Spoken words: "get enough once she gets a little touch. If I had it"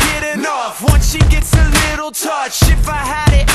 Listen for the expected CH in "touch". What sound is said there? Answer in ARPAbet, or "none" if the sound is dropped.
CH